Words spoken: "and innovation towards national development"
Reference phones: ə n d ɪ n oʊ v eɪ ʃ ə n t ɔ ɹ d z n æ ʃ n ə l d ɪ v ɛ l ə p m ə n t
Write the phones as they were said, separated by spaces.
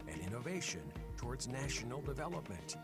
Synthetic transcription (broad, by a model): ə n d ɪ n oʊ v eɪ ʃ ə n t ɔ ɹ d z n æ ʃ n l d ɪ v ɛ l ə p m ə n t